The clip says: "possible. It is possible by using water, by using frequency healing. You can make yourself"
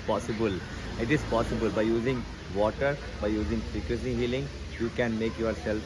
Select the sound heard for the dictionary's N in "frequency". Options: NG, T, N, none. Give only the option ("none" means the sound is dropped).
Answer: none